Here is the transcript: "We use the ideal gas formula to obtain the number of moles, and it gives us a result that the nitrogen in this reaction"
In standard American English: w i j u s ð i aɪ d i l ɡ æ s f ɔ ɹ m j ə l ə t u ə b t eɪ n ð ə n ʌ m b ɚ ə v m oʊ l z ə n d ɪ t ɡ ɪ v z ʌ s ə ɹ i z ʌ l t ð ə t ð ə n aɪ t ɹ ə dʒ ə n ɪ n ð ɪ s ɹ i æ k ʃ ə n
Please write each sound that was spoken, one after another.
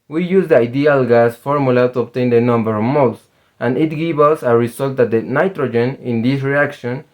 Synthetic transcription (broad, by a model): w i j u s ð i aɪ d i l ɡ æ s f ɔ ɹ m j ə l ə t u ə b t eɪ n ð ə n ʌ m b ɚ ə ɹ m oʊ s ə n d ɪ t ɡ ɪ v ʌ s ə ɹ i s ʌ l t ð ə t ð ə n aɪ t ɹ ə dʒ ə n ɪ n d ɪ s ɹ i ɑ k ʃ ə n